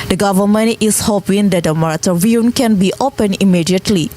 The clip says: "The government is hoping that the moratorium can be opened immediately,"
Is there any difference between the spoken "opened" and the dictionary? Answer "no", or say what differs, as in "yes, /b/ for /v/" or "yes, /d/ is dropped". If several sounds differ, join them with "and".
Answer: yes, /d/ is dropped